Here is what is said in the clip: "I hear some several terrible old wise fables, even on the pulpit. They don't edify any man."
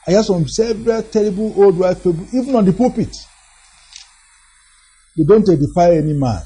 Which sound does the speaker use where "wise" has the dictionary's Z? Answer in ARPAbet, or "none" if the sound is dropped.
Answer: none